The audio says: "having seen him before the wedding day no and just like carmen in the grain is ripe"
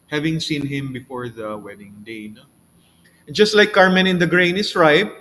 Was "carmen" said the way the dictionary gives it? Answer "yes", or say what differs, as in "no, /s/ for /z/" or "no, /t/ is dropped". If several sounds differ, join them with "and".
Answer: yes